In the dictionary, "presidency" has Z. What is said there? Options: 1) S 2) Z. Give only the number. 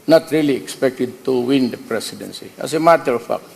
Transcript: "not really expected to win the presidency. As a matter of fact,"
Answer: 1